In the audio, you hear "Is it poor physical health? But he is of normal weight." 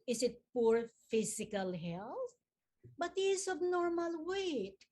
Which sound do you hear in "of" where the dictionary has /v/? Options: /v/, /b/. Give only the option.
/b/